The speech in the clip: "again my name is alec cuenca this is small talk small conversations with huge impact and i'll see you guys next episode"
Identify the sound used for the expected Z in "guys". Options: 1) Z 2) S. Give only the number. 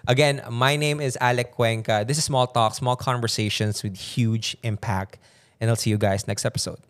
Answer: 2